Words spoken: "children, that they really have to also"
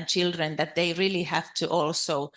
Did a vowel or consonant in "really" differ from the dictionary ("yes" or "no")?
no